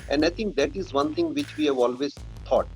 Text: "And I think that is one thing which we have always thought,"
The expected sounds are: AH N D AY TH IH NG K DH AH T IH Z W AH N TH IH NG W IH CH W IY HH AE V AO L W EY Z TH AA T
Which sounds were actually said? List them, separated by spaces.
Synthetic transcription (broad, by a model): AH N D AY T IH NG K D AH T IH Z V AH N T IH NG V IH CH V IY HH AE V AO L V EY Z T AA T